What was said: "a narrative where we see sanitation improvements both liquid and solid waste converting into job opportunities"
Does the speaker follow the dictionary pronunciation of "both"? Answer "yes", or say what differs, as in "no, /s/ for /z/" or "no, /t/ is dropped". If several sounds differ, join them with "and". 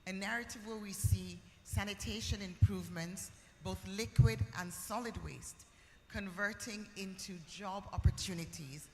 yes